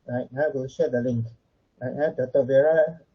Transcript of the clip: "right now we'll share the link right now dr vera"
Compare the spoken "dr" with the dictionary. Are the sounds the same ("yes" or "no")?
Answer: no